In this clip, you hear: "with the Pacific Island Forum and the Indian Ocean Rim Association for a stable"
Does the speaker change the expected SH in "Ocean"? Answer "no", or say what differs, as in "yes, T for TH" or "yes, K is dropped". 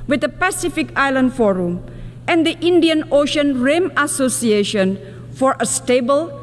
no